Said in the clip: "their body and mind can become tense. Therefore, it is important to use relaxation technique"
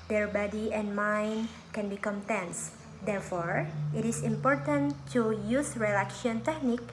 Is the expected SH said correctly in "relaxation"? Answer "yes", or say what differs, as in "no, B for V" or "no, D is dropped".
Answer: no, SH is dropped